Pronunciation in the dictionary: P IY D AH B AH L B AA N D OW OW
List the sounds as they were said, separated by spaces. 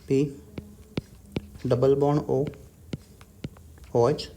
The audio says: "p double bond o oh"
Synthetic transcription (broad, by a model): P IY D AH B AH L B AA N OW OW